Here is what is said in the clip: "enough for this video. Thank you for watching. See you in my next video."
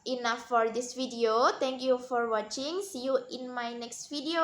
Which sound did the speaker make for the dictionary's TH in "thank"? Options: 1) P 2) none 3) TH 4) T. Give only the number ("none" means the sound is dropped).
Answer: 4